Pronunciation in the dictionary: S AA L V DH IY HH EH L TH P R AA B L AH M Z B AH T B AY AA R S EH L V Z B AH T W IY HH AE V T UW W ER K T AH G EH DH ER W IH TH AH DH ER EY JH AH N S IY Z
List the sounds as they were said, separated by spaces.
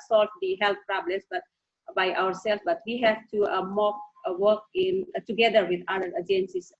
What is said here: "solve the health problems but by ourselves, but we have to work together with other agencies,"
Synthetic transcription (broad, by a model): S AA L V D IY HH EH L T P R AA B L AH M S B AH T B AY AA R S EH L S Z B AH T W IY HH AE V T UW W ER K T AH G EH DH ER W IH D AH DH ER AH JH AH N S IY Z